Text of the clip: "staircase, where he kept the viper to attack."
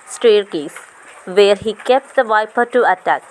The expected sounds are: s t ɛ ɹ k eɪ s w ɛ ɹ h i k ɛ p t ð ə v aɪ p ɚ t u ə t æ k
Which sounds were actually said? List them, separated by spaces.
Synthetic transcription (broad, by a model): s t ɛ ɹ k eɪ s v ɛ ɹ h i k ɛ p t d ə v aɪ p ɚ t u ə t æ k